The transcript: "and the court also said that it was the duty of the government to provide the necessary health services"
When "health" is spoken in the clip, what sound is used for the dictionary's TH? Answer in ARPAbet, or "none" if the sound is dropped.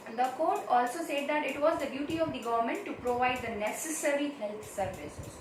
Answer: T